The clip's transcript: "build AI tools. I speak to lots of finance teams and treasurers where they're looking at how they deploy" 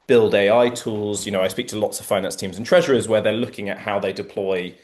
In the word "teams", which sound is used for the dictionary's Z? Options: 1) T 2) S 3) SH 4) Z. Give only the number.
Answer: 4